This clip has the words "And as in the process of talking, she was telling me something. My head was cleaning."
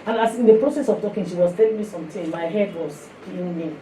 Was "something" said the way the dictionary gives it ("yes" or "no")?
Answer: no